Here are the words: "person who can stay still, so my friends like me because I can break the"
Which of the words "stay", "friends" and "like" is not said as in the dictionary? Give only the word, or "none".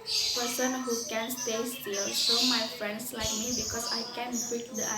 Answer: friends